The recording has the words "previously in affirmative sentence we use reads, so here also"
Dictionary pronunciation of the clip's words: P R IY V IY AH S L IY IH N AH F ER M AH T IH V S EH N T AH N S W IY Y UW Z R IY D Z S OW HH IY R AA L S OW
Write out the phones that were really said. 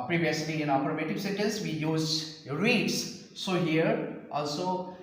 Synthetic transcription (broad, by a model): P R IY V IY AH S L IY IH N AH P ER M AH T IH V S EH T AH L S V IY Y UW Z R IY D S S OW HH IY R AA L S OW